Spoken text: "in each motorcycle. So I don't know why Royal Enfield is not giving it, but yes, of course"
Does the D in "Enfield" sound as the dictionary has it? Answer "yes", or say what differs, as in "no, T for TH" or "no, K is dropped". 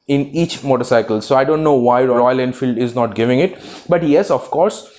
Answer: yes